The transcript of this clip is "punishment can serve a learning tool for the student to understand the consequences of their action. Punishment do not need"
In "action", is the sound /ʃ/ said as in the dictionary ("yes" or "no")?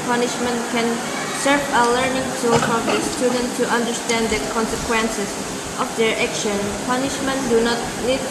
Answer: yes